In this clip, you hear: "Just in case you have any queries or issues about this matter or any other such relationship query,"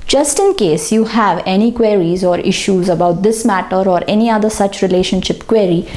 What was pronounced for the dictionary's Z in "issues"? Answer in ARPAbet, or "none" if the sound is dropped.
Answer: Z